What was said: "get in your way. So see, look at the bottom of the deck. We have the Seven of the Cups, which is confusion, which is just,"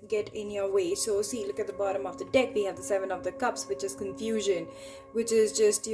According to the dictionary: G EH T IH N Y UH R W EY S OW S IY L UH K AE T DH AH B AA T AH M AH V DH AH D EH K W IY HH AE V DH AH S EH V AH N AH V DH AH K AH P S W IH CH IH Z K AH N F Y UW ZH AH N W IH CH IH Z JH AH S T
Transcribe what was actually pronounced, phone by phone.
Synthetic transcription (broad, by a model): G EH T IH N Y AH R W EY S OW S IY L UH K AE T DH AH B AA T AH M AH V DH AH D EH K W IY HH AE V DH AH S EH V AH N AH V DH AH K AH P S W IH CH IH Z K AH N F Y UW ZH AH N W IH CH IH Z JH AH S T